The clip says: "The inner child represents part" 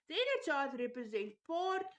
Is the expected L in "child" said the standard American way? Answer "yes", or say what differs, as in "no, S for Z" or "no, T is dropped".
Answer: no, L is dropped